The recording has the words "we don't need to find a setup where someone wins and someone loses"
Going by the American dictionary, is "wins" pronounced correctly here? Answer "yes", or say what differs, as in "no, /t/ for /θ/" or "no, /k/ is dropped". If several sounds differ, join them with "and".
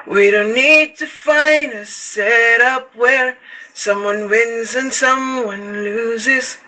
yes